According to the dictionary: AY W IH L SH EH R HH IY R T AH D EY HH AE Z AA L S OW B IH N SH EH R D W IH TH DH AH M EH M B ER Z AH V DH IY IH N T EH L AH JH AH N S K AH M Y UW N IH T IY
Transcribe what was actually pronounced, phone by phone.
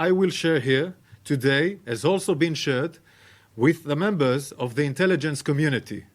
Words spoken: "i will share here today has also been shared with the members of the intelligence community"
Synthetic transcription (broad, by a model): AY W IH L SH EH R HH IY R T AH D EY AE Z AA L S OW B IH N SH EH R D W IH DH AH M EH M B ER Z AH V DH IY IH N T EH L AH JH AH N S K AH M Y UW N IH T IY